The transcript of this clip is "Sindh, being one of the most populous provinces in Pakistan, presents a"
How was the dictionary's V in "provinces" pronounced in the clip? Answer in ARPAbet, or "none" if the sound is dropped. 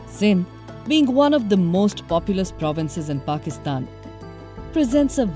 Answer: V